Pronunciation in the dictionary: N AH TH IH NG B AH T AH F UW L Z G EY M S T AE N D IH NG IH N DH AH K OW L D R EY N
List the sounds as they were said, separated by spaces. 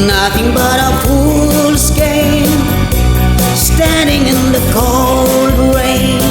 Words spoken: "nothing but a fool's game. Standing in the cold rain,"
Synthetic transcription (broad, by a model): N AH TH IH NG B AH T AH P UW L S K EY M S T AE N D IH NG IH N DH AH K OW L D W EY